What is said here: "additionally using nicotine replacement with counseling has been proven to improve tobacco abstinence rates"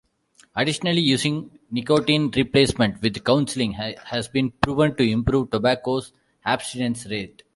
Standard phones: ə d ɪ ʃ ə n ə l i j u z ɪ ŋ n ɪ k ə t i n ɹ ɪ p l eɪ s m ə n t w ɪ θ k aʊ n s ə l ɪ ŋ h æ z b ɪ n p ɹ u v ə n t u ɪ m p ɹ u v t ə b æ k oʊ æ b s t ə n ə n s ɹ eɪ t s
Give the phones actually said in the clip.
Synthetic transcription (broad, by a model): ə d ɪ ʃ ə n ə l i j u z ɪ ŋ n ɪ k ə t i n ɹ ɪ p l eɪ s m ə n t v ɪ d k aʊ n s ə l ɪ ŋ h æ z b ɪ n p ɹ u v ə n t u ɪ m p ɹ u v t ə b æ k oʊ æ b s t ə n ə n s ɹ eɪ t